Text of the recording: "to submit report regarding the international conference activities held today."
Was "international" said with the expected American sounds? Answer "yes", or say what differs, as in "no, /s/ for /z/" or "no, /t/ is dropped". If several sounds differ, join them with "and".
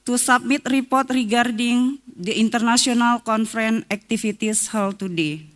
no, /s/ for /ʃ/